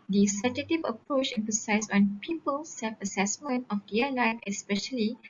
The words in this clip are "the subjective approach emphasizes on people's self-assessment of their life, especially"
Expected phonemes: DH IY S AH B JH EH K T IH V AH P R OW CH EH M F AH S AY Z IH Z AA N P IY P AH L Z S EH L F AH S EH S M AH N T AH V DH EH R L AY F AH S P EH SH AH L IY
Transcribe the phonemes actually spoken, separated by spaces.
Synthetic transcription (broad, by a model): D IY S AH JH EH T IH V AH P R OW CH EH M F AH S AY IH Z AA N P IY P AH L S EH L F AH S EH S M AH N T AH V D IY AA L AY F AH S P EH SH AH L IY